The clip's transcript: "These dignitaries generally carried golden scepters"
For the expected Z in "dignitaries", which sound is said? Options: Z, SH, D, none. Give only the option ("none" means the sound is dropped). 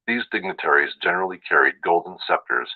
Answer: Z